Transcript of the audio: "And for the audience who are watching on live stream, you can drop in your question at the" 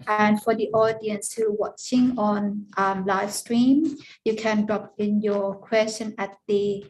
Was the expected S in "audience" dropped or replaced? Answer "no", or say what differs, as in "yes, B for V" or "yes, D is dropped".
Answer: no